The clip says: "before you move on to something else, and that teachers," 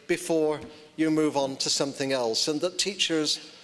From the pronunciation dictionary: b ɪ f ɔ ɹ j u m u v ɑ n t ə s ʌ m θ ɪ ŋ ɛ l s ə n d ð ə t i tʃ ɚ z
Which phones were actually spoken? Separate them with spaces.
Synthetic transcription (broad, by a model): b ɪ f ɔ ɹ j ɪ m u v n t ə s ʌ m θ ɪ ŋ ɛ l s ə n ð ə t i tʃ ɚ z